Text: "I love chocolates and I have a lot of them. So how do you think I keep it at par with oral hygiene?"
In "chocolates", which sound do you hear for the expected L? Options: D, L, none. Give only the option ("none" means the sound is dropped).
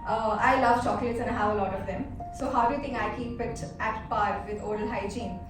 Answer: none